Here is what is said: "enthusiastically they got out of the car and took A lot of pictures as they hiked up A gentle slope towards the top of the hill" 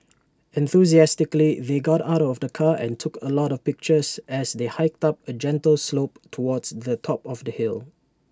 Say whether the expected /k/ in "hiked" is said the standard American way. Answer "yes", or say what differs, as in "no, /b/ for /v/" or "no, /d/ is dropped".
yes